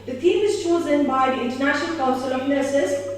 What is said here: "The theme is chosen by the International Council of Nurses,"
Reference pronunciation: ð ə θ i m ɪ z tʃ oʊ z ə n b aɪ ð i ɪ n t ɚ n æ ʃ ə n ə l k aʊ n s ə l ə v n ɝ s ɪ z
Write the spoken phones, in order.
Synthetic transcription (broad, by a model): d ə t i m ɪ z tʃ oʊ z ə n b aɪ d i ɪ n t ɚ n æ ʃ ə n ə l k aʊ n s ə l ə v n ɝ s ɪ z